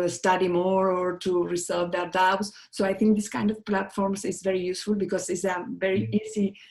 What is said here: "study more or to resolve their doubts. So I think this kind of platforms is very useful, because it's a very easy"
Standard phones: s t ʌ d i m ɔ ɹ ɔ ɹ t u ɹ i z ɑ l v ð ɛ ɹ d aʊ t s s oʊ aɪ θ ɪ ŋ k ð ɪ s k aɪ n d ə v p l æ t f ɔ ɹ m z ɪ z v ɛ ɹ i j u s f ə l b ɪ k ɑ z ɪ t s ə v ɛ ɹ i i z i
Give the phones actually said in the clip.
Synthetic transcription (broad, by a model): s t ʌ d i m ɔ ɹ ɔ ɹ t u ɹ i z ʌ v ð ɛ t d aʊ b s s oʊ aɪ t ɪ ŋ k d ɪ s k aɪ n d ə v p l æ t f ɔ ɹ m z ɪ z v ɛ ɹ i j u s f ə l b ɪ k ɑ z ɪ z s ə v ɛ ɹ i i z i